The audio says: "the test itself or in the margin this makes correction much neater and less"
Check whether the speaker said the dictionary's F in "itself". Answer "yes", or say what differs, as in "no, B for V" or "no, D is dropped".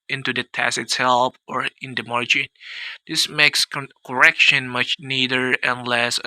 no, P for F